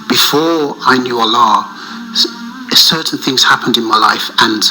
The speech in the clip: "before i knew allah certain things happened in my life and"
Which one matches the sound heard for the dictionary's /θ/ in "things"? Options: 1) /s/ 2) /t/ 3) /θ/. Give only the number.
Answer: 3